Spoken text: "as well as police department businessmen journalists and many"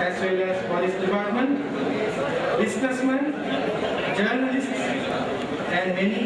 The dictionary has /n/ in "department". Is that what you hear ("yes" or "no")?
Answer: yes